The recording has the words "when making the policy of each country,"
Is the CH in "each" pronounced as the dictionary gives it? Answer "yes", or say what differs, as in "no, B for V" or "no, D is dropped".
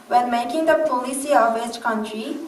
no, S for CH